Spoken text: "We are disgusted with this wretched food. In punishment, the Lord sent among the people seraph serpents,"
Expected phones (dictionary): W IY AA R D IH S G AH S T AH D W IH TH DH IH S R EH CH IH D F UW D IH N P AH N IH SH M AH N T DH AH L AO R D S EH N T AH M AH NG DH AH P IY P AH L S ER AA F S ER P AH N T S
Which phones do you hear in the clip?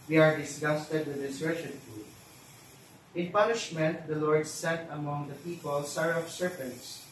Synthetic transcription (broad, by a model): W IY AA R D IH S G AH S T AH D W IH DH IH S R EH CH IH D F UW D IH N P AH N IH SH M AH N T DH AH L AO R D S EH N T AH M AH NG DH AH P IY P AH L S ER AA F S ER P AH N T S